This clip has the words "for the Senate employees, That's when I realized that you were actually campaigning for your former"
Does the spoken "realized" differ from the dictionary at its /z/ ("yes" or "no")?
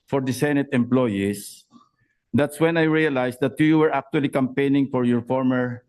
yes